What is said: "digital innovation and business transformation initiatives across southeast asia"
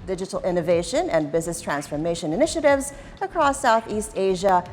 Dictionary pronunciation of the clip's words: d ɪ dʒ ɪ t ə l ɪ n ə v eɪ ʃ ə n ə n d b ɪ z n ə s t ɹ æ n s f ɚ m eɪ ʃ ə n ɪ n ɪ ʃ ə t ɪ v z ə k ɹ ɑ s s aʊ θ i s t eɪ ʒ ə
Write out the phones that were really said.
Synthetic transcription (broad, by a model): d ɪ dʒ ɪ t l ɪ n ə v eɪ ʃ ə n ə n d b ɪ z n ə s t ɹ æ n s f ɚ m eɪ ʃ ə n ɪ n ɪ ʃ ə t ɪ v z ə k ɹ ɑ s s aʊ θ i s t eɪ ʒ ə